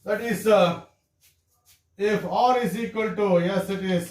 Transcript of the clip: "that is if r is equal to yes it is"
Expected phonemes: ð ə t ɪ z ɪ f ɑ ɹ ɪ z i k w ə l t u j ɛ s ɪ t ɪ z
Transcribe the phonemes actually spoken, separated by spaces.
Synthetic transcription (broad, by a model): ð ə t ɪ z ɪ f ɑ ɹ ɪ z i k w ə l t u j ɛ s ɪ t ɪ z